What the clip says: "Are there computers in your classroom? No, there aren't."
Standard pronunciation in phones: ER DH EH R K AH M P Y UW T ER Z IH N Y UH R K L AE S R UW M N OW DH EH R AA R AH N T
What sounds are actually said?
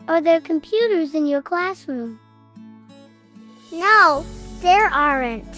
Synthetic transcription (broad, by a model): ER DH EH R K AH M P Y UW T ER Z IH N Y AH R K L AE S R UW M N OW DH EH R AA R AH N T